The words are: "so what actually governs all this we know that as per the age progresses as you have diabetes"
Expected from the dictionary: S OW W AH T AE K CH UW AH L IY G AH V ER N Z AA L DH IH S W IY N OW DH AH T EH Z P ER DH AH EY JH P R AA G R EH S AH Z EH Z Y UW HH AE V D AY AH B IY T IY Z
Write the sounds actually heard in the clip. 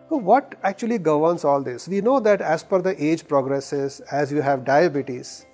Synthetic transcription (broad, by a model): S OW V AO T AE K CH UW AH L IY G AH V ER N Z AA L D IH S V IY N OW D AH T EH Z F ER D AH EY JH P R AA G R EH S AH Z EH Z Y UW HH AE V D AY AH B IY T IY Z